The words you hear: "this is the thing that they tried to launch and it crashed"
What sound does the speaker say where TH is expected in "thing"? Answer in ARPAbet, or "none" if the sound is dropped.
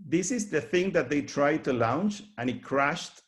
TH